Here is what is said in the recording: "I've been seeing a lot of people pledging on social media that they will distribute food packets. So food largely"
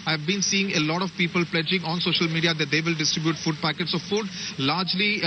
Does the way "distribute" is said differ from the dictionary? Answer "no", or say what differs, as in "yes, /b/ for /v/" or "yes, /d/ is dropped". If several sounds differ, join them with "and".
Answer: no